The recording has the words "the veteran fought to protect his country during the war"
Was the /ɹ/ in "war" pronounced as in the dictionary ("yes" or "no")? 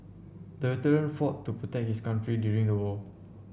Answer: no